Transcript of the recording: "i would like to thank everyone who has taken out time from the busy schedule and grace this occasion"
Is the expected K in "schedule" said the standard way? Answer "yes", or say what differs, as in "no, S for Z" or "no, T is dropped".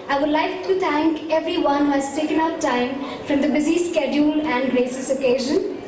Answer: yes